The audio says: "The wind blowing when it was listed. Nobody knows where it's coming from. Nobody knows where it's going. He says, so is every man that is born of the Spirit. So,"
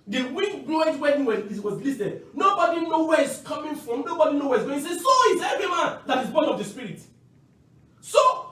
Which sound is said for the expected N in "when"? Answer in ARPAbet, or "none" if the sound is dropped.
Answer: none